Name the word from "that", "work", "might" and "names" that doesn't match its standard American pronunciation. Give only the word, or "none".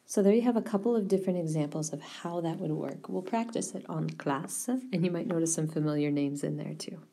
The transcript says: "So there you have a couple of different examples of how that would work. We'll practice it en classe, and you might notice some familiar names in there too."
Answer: none